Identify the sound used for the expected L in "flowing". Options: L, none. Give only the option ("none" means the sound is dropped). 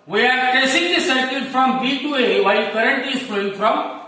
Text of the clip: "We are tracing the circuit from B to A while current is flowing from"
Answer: none